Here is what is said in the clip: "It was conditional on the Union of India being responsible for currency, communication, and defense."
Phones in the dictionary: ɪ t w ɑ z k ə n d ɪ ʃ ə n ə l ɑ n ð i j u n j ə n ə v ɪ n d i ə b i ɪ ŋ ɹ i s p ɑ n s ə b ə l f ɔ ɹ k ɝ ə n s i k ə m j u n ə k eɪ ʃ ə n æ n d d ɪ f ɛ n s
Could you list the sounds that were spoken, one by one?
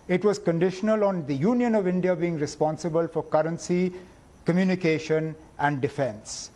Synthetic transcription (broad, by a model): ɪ t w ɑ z k ə n d ɪ ʃ ə n ə l ɑ n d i j u n j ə n ə v ɪ n d i ə b i ɪ ŋ ɹ i s p ɑ n s ə b ə l f ɔ ɹ k ɝ ə n s i k ə m j u n ə k eɪ ʃ ə n æ n d d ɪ f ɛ n s